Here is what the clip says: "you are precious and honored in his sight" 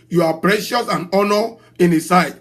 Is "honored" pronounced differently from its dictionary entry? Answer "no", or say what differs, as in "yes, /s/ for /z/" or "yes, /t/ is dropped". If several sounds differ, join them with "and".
yes, /d/ is dropped